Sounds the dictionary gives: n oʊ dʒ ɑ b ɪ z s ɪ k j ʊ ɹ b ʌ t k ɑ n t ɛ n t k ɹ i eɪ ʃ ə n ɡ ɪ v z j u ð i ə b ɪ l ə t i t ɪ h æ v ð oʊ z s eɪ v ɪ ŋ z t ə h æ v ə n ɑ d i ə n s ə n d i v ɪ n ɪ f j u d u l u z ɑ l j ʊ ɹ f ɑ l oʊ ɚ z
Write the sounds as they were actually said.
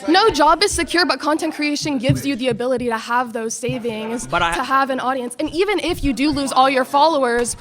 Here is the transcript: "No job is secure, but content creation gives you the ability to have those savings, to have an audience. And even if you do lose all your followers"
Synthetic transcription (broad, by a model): n oʊ dʒ ɑ b ɪ z s ɪ k j ʊ ɹ b ʌ t k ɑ n t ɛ n k ɹ i eɪ ʃ ə n ɡ ɪ v z j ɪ ð i ə b ɪ l ə t i t ɪ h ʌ v ð oʊ z s eɪ v ɪ ŋ z t ə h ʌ v ə n ɑ d i ə n s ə n i v ɪ n ɪ f j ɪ d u l u z ɑ l j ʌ ɹ f ɑ l oʊ ɚ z